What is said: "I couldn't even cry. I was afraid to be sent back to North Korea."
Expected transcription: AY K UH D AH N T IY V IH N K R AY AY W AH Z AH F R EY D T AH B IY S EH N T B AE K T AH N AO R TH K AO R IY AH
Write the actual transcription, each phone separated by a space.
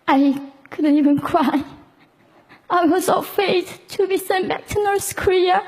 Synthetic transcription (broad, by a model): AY K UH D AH N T IY V IH N K R AY AY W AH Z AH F EY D T AH B IY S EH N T B AE K T AH N AO R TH K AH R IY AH